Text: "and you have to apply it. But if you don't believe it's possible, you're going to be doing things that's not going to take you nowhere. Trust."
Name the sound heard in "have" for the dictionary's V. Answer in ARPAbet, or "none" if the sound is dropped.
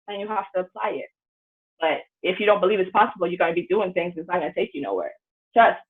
F